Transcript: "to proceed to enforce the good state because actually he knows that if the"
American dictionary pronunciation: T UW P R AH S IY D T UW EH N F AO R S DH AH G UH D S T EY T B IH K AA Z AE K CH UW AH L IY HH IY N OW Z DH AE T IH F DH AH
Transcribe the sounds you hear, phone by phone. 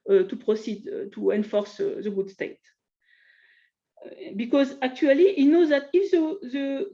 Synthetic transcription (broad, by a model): T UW P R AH S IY D T UW EH N F AO R S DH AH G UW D S T EY T B IH K AA Z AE K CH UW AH L IY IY N OW Z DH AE T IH F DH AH